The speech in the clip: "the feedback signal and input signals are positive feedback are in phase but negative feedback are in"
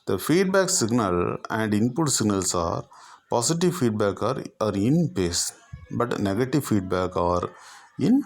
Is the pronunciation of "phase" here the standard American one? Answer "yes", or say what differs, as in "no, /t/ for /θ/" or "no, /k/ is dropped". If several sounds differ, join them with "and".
no, /p/ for /f/ and /s/ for /z/